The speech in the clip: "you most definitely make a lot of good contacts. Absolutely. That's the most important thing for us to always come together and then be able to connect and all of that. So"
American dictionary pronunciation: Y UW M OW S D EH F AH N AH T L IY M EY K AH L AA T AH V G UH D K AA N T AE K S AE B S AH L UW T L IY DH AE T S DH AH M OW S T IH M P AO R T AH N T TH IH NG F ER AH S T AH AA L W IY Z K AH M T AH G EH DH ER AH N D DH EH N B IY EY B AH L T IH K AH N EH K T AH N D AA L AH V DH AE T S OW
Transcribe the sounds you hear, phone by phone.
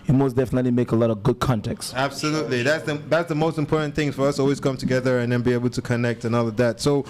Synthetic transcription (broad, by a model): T M OW S D EH F AH N AH T L IY M EY K AH L AA T AH V G UH D K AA N T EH K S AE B S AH L UW T L IY DH AE T S DH AH M OW S T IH M P AO R T N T TH IH NG F ER AH S AA L W IY Z K AH M T AH G EH DH ER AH N DH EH N B IY EY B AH L T IH K AH N EH K T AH N AA L AH V DH AE T S OW